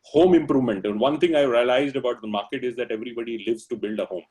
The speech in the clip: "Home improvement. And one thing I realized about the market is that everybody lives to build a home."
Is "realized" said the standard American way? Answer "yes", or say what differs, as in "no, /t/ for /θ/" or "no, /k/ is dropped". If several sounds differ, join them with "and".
yes